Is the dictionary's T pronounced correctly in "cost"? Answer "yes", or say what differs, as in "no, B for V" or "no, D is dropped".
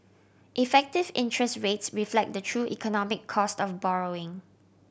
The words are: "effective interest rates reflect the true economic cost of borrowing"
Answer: yes